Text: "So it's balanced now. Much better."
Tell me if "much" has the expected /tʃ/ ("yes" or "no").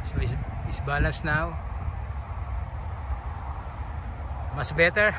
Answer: no